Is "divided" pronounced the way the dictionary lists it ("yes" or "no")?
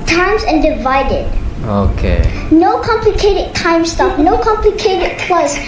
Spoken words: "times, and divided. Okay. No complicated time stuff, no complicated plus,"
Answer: yes